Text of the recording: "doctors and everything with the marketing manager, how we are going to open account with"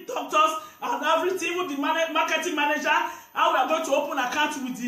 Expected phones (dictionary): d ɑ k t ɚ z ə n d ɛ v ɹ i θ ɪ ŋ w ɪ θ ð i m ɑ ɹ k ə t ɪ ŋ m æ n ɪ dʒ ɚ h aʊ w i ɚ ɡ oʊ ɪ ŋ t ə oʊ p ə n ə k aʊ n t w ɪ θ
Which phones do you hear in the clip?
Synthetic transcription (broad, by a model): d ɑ k t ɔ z ə n d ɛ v ɹ i t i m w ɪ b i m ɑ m k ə t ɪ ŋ m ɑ n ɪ dʒ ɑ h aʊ w i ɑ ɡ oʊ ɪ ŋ t ə oʊ p ə n ə k aʊ n t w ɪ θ